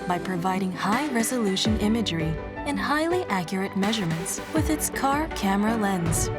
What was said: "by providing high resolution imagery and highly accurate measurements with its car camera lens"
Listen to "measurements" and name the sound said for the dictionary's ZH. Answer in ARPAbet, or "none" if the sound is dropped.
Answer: ZH